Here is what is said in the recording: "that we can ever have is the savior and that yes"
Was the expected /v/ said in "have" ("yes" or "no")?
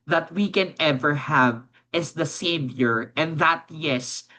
yes